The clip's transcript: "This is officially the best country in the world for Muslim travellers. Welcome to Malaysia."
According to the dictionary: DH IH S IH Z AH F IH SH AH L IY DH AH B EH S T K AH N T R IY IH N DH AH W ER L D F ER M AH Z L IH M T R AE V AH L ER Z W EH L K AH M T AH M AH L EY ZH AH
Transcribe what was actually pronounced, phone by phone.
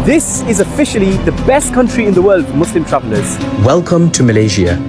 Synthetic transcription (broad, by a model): DH IH S IH Z AH F IH SH AH L IY DH AH B EH S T K AH N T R IY IH N DH AH W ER L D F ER M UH S L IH M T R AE V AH L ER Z W EH L K AH M T AH M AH L EY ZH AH